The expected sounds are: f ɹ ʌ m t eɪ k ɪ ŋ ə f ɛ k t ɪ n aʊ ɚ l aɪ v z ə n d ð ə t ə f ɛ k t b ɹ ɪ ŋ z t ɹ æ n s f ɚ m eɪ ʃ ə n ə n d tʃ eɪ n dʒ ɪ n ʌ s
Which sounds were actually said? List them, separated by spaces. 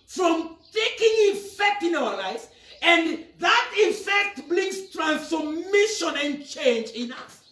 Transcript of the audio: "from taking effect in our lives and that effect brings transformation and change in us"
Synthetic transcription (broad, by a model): f ɹ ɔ m t eɪ k ɪ ŋ ə f ɛ k t ɪ n aʊ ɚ l aɪ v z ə n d ð ə t ə f ɛ k t b l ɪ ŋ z t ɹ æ n s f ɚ m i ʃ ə n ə n tʃ eɪ n dʒ ɪ n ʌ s